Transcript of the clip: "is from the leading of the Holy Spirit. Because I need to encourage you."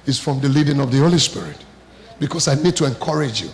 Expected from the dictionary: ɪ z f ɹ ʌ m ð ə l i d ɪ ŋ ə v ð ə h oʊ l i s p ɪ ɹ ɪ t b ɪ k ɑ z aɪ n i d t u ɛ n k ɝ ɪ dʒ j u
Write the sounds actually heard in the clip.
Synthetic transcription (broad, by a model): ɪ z f ɹ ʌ m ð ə l i d ɪ ŋ ə v ð ə h oʊ l i s p ɪ ɹ ɪ t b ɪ k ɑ s aɪ n i d t u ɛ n k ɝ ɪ dʒ j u